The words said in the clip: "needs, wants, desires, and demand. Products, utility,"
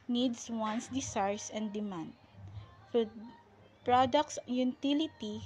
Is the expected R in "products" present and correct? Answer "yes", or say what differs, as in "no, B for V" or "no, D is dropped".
yes